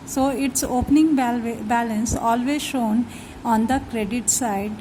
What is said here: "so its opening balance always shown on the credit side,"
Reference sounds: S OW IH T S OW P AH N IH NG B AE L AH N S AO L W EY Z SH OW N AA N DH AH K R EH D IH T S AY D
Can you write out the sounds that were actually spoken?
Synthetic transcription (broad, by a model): S OW IH T S OW P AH N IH NG B AE L AH N S AO L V EY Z SH OW N AA N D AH K R EH D IH T S AY D